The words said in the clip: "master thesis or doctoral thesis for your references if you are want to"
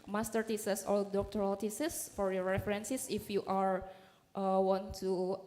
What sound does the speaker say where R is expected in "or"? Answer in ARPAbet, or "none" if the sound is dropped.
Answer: L